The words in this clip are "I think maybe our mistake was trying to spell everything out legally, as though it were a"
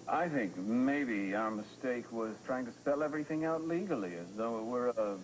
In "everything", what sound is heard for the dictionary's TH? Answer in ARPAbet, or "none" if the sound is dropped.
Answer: TH